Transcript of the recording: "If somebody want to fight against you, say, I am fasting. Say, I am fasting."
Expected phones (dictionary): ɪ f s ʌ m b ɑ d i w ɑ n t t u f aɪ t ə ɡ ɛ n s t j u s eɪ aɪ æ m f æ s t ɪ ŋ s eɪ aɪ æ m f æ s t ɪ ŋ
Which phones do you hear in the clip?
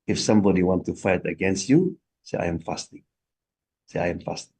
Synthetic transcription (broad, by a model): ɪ f s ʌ m b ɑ d i w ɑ n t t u f aɪ t ə ɡ ɛ n s t j u s eɪ aɪ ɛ m f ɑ s t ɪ ŋ s eɪ aɪ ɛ m f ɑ s t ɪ ŋ